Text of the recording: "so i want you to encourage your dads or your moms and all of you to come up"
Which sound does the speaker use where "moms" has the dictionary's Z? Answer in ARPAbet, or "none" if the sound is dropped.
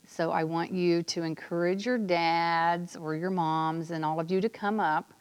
Z